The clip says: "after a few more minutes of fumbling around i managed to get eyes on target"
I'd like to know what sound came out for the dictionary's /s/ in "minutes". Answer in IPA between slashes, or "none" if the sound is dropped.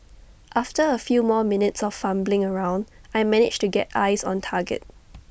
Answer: /s/